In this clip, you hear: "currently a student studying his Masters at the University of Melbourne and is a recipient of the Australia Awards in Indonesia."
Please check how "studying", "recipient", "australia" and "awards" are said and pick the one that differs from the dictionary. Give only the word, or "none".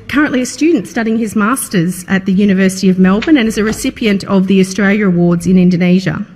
none